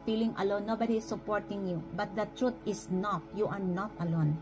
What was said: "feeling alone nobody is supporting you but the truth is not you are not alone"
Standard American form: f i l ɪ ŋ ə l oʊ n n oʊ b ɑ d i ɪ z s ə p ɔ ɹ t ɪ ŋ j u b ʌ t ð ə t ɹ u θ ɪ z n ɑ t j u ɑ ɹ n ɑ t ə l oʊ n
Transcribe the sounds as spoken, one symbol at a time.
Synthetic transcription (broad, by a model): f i l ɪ ŋ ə l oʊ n n oʊ b ɑ d i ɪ s ə p ɔ ɹ t ɪ ŋ j u b ʌ t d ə t ɹ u t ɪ s n ɑ t j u ɑ ɹ n ɑ t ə l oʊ n